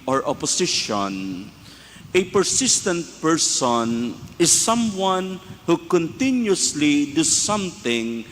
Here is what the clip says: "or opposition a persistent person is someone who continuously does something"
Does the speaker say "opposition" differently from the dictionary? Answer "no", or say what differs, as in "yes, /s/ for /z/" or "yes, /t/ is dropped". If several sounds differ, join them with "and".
yes, /s/ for /z/